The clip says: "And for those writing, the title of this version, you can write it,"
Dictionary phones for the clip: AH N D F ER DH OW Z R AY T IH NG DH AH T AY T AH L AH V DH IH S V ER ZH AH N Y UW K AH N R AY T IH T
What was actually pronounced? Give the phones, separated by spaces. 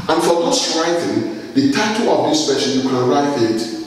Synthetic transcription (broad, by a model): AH N F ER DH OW S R AY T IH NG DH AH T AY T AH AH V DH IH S P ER SH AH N Y UW K AH N R AY T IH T